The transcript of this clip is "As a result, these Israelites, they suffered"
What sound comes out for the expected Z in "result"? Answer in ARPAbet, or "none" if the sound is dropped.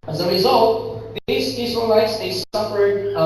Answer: Z